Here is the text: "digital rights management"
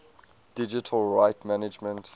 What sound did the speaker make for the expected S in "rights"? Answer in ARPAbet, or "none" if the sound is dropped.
none